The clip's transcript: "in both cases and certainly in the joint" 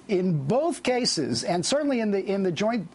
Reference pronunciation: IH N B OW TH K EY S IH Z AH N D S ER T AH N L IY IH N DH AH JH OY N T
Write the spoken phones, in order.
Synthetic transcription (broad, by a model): IH N B OW TH K EY S IH Z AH N S ER T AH N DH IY IH N DH AH JH OY N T